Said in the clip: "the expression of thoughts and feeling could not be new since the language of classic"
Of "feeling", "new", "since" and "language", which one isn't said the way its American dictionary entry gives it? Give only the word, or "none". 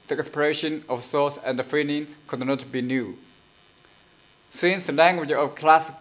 feeling